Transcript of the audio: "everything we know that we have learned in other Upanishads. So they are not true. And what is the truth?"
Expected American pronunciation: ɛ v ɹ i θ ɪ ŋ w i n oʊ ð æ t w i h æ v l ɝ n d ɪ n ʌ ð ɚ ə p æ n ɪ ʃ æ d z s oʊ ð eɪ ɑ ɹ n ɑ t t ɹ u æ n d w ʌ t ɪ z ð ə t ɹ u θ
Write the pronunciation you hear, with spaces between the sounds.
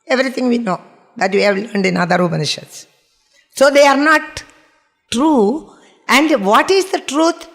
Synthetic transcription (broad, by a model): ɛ v ɹ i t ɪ ŋ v i n oʊ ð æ t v i h æ v l ɝ n d ɪ n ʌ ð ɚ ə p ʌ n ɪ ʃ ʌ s s oʊ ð eɪ ɑ ɹ n ɑ t t ɹ u æ n d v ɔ t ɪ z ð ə t ɹ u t